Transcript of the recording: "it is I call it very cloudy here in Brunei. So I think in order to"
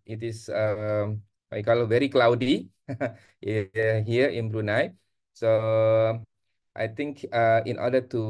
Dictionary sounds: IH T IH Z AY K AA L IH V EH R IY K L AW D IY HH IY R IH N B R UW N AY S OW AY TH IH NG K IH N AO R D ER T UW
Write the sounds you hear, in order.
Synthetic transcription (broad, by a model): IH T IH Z AY K AA L IH V EH R IY K L AW D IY HH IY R IH N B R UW N AY S OW AY T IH NG K IH N AO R D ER T UW